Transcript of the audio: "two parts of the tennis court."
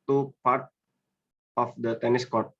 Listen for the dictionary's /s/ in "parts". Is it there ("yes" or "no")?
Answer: no